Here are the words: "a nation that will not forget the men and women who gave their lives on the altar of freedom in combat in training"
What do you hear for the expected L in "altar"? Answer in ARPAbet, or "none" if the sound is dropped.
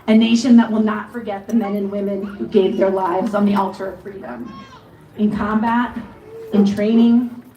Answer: L